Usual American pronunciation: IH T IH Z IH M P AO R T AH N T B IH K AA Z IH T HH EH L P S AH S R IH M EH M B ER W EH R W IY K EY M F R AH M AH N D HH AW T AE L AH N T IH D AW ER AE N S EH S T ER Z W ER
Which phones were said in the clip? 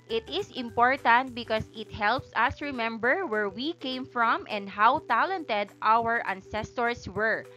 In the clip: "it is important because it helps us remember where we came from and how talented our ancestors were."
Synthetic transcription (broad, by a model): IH T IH S IH M P AO R T AH N T B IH K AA S IH T HH EH L P S AH S R IH M EH M B ER W EH R W IY K EY M F R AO M AH N D HH AW T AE L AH N T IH D AW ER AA N S EH S T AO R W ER